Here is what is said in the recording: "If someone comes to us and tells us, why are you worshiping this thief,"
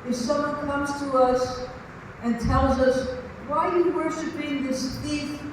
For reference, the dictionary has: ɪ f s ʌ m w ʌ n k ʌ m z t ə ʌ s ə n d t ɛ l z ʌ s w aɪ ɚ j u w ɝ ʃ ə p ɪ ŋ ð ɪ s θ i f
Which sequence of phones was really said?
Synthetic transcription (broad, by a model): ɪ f s ʌ m w ʌ n k ʌ m z t ə ʌ s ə n t ɛ l z ʌ s w aɪ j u w ɝ ʃ ə p ɪ ŋ ð ɪ s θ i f